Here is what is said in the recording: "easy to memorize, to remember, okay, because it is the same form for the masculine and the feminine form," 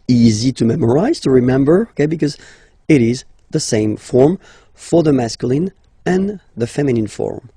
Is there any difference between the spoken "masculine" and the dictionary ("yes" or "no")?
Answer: no